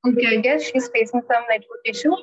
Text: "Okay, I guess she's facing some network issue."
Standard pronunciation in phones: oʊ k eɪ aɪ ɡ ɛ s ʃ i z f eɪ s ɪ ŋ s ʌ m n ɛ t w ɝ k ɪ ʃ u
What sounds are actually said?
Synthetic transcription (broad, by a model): oʊ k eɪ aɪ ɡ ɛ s ʃ i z f eɪ s ɪ ŋ s ʌ m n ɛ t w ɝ ɪ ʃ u